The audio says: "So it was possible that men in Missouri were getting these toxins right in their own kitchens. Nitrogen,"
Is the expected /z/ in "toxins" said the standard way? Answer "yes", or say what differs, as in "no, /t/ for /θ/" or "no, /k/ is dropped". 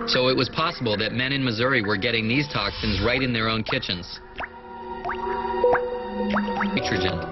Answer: yes